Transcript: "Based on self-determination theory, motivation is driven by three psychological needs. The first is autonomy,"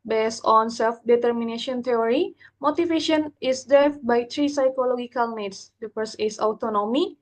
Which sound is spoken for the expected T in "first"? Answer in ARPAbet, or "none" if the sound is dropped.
none